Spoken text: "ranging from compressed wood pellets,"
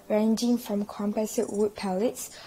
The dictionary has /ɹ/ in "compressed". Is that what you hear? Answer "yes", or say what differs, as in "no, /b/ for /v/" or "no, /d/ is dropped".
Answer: no, /ɹ/ is dropped